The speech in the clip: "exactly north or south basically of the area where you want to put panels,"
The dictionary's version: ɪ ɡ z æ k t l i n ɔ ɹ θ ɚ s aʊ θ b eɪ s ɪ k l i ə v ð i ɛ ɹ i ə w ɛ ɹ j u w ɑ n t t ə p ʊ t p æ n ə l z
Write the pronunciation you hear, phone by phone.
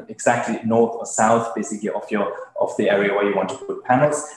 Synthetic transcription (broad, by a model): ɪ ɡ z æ k t l i n ɔ ɹ θ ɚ s aʊ θ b eɪ s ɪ k l i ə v ð i ɛ ɹ i ə w ɛ ɹ j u w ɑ n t t ə p ʊ t p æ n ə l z